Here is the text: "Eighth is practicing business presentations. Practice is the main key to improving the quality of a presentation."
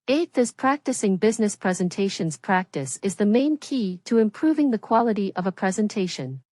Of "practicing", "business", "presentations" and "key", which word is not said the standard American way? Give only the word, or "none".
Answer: none